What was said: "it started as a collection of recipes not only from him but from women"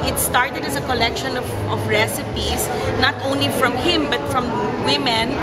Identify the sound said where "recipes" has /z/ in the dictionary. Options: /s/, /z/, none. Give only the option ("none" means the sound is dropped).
/s/